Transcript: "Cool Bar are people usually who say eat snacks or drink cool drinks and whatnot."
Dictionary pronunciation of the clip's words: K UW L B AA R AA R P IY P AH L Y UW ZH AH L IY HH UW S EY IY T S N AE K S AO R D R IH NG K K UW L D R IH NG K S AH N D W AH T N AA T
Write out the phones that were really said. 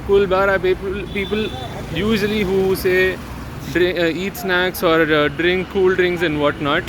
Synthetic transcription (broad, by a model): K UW L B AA R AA L P IY P AH L Y UW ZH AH L IY HH UW S EY IY T S N AE K S AO R D R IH NG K K UW L D R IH NG K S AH N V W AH T N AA T